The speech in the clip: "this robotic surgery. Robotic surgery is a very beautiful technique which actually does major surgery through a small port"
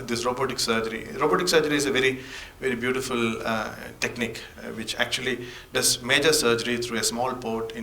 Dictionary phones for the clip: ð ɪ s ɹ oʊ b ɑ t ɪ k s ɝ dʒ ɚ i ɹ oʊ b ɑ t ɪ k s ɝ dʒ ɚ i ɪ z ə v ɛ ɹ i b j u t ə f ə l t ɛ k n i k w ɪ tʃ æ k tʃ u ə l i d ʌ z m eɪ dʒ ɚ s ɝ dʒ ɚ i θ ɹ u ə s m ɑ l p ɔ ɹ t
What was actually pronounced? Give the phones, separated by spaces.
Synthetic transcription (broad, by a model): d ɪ s ɹ oʊ b ɑ t ɪ k s ɝ dʒ ɚ i ɹ oʊ b ɑ t ɪ k s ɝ dʒ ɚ i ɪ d ə v ɛ ɹ i b j u t ə f ə l t ɛ k n i k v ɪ tʃ æ k tʃ u ə l i d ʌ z m eɪ dʒ ɚ s ɝ dʒ ɚ i t ɹ u ə s m ɑ l p ɔ ɹ t